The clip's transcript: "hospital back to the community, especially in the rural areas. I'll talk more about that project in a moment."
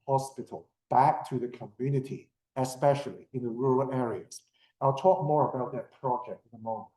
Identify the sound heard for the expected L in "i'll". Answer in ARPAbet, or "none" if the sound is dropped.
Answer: L